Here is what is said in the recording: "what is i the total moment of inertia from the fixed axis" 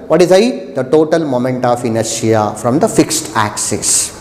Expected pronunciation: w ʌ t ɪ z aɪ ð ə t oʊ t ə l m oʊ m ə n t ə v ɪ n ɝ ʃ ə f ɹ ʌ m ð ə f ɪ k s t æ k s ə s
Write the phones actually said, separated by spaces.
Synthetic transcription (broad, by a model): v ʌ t ɪ z aɪ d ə t oʊ t ə l m oʊ m ə n t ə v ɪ n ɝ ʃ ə f ɹ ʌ m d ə f ɪ k s t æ k s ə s